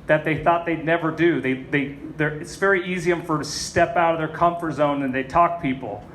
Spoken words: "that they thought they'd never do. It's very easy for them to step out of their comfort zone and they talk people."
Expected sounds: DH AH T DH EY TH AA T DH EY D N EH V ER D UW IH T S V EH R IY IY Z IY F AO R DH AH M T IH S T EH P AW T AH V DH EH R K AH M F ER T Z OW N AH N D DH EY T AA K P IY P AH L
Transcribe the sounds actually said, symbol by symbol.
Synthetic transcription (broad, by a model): DH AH T DH EY TH AA T DH EY D N EH V ER D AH IH T S V EH R IY IY Z IY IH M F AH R T IH S T EH P AW T AH V DH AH R K AH M F ER T Z OW N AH N DH EY T AA K P IY P L